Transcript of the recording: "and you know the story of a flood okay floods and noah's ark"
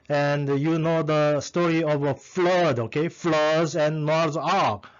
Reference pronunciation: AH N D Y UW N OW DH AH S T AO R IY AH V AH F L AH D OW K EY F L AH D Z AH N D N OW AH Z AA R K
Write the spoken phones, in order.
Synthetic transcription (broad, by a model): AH N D Y UW N OW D AH S T AO R IY AH V AH F L AH D OW K EY F L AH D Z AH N N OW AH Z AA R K